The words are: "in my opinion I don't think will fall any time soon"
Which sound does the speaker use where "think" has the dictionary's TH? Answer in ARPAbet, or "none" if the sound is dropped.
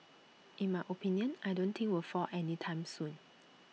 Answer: T